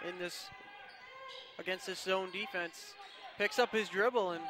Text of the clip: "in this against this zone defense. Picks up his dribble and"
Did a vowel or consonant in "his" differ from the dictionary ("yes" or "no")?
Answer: no